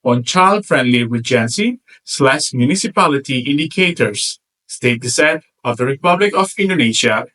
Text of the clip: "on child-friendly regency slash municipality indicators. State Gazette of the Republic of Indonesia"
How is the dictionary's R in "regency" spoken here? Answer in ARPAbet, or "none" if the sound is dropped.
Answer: W